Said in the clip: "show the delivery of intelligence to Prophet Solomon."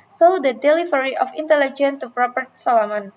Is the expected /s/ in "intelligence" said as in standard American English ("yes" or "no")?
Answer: no